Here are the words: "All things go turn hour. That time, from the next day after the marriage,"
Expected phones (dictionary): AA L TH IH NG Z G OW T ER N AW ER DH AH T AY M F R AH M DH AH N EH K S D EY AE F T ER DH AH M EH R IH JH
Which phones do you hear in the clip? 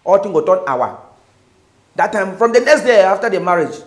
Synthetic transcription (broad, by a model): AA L T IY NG G OW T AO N AW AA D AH T AY M F R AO M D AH N EH K S D EY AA F T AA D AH M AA R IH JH